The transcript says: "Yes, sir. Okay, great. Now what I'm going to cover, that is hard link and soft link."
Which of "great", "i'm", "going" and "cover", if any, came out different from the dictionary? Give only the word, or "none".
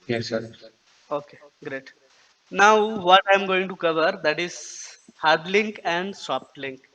none